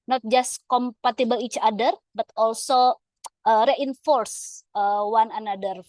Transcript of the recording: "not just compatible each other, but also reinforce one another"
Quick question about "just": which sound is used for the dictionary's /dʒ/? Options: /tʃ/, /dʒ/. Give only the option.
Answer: /dʒ/